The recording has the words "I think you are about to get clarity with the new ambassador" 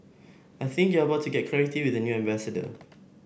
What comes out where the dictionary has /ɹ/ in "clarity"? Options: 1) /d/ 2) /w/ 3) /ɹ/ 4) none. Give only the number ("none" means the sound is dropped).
4